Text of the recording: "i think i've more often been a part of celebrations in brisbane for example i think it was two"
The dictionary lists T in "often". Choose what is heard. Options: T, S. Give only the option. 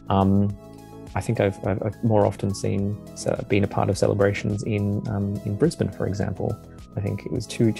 S